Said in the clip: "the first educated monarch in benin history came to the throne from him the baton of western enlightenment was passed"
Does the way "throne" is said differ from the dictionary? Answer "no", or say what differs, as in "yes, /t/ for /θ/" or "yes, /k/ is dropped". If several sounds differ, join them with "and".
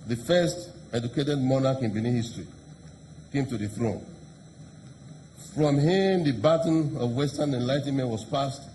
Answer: no